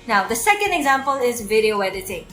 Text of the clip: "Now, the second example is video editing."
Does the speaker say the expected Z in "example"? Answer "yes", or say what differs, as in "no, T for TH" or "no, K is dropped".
yes